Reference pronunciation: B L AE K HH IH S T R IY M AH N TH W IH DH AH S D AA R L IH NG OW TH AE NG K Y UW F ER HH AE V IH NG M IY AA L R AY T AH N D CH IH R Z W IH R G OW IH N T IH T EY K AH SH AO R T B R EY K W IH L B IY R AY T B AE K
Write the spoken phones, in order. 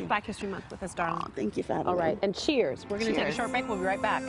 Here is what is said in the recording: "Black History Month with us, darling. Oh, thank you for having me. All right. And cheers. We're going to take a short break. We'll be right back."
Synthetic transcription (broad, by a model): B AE K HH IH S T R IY M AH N S W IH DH AH S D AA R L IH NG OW TH AE NG K Y UW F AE AA L R AY T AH N CH IH R Z W IH R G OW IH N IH T EY K AH SH AO R T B EY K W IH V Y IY R AY T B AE K